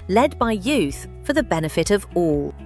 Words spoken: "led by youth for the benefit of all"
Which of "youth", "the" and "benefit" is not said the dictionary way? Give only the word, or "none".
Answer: none